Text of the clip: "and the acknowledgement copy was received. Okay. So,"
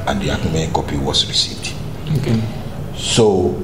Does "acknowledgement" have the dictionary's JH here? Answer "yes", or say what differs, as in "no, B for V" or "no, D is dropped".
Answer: no, JH is dropped